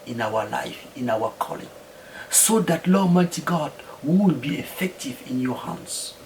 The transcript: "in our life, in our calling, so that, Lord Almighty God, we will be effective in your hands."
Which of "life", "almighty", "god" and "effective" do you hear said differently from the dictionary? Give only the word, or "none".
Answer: almighty